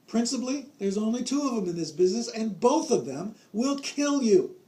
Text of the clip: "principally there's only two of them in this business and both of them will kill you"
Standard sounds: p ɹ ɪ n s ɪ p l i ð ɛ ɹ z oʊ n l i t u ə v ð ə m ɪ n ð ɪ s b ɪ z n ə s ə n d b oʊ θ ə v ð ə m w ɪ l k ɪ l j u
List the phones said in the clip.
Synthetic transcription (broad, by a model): p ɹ ɪ n s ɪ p l i ð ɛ ɹ z oʊ n l i t u ə v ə m ɪ n ð ɪ s b ɪ z n ə s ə n b oʊ θ ə v ð ə m w ɪ l k ɪ l j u